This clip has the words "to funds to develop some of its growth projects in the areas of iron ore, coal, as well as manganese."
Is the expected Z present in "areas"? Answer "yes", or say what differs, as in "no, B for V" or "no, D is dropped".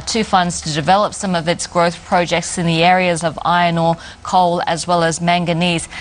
yes